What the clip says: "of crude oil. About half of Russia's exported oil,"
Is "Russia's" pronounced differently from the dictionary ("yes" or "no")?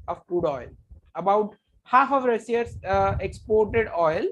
yes